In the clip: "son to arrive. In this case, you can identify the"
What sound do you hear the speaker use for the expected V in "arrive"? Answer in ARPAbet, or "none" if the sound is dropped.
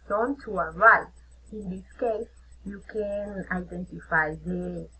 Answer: none